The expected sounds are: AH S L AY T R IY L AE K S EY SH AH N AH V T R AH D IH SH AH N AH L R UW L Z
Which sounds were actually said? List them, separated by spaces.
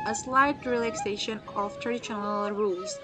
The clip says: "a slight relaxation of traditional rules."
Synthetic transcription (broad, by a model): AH S L AY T R IY L AE K S EY SH AH N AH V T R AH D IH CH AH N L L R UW L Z